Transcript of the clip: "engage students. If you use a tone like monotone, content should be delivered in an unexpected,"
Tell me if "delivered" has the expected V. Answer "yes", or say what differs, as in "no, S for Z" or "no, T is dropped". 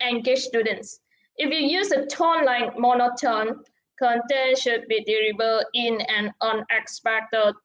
no, B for V